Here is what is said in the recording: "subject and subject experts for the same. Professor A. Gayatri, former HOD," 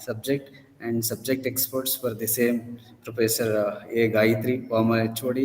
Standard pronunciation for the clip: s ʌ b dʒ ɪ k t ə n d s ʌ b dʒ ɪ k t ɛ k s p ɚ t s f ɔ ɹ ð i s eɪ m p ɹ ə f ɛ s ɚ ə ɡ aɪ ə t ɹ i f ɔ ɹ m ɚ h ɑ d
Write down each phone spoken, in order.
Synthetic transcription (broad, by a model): s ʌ b dʒ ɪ k t ə n d s ʌ b dʒ ɪ k t ɛ k s p ɚ t s f ɔ ɹ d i s eɪ m p ɹ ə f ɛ s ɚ ə ɡ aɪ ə t ɹ i p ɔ m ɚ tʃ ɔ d